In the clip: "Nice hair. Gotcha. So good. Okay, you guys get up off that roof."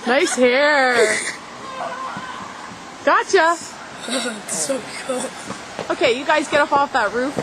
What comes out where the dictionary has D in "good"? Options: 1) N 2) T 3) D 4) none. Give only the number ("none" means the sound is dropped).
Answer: 4